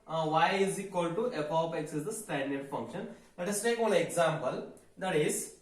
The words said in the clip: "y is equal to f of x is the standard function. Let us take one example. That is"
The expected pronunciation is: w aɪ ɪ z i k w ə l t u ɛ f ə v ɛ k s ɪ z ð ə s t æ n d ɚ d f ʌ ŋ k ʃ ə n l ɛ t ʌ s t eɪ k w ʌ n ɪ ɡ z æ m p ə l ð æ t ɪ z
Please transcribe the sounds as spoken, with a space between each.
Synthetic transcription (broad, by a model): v aɪ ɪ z i k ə l t u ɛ p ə p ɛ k s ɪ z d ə s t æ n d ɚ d f ʌ ŋ k ʃ ə n l ɛ t ʌ s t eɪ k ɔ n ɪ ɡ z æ m p ə l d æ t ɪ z